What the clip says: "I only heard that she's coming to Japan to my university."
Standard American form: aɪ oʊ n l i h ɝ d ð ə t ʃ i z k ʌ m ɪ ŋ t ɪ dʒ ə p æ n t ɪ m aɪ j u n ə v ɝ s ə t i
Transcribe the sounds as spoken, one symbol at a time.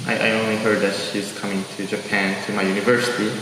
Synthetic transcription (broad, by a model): aɪ oʊ n l i h ɝ d ð ə t ʃ i z k ʌ m ɪ ŋ t ɪ dʒ ə p æ n t ɪ m aɪ j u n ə v ɝ s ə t i